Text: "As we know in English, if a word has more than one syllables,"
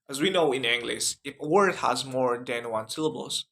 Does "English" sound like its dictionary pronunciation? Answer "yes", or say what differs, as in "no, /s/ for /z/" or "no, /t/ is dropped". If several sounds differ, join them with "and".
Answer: no, /s/ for /ʃ/